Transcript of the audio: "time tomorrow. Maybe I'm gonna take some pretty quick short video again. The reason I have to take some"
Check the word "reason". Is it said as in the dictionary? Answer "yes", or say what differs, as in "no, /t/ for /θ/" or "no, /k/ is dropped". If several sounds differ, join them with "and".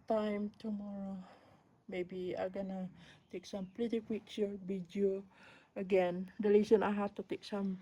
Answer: no, /l/ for /ɹ/